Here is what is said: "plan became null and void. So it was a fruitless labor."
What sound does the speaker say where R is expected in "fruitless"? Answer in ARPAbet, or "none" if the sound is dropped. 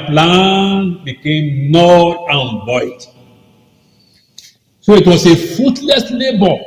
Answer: none